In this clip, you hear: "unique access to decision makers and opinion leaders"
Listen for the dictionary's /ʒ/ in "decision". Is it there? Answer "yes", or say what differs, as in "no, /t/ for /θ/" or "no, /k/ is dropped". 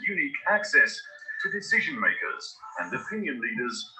yes